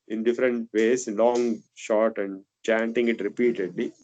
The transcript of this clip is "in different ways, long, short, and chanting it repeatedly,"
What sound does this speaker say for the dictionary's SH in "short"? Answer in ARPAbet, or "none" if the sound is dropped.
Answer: SH